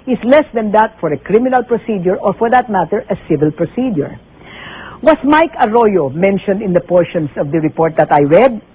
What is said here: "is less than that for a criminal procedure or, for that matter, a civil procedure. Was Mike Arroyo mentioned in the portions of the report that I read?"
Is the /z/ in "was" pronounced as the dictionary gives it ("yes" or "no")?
no